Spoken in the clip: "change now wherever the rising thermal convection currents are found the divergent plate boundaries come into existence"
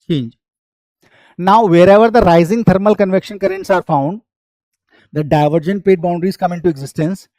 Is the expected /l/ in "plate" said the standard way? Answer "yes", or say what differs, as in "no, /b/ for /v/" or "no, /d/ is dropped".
no, /l/ is dropped